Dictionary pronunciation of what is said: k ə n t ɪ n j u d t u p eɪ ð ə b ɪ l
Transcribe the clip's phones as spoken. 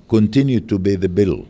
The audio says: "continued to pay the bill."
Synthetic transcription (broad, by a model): k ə n t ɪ n j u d t u b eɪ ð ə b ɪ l